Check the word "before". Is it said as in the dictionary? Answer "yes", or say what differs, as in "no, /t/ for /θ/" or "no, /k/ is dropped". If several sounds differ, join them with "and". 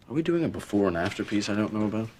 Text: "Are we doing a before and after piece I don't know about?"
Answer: yes